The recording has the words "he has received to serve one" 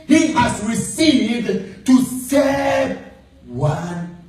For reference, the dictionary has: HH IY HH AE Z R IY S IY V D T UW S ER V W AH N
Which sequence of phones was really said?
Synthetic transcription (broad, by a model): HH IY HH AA S R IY S IY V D T UW S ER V W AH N